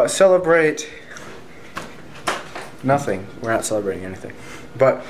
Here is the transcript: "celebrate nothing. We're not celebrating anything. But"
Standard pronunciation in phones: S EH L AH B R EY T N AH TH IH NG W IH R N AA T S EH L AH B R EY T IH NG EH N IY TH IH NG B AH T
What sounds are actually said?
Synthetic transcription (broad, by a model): S EH L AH B R EY T N AH TH IH NG W IH R AA T S EH L AH B R EY T IH NG EH N IY TH IH NG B AH T